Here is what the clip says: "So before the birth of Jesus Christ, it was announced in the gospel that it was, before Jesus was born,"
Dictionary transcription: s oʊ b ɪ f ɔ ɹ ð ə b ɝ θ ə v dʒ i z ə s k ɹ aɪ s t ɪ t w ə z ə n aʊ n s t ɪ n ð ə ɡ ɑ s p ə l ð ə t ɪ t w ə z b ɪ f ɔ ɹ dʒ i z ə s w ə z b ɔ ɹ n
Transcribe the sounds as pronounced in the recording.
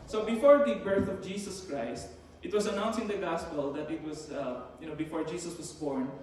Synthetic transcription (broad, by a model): s oʊ b ɪ f ɔ ɹ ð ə b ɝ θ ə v dʒ i s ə s k ɹ aɪ s t ɪ t w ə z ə n aʊ n s ɪ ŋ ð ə ɡ ɑ s p ə l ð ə t ɪ t w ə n b ɪ f ɔ ɹ dʒ i s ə s w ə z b ɔ ɹ n